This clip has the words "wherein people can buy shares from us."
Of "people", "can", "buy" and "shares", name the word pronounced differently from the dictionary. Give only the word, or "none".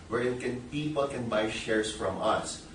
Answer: shares